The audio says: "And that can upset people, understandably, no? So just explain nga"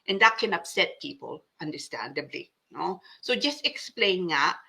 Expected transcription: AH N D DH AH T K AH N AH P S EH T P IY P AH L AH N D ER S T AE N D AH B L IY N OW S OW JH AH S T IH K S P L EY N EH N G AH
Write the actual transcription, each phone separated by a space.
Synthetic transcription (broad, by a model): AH N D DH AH T K AH N AH P S EH T P IY P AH L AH N D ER S T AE N D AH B L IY N OW S OW JH AH S T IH K S P L EY EH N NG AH